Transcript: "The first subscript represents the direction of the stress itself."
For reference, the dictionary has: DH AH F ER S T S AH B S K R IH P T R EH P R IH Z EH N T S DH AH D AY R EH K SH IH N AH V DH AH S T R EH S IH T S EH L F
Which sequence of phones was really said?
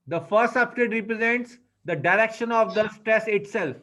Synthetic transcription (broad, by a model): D AH F ER S T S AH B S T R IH T R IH P R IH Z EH N T S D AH D AY R EH K SH IH N AH V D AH S T R EH S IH T S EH L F